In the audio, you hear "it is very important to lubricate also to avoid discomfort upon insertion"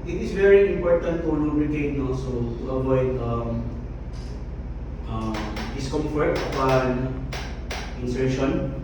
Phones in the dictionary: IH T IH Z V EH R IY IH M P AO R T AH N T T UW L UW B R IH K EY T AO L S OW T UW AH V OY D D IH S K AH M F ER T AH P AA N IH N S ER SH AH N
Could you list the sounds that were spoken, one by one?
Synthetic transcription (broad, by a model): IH T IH S V EH R IY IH M P AO R T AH N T T UW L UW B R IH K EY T AO S OW T UW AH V OY D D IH S K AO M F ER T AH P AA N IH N S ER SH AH N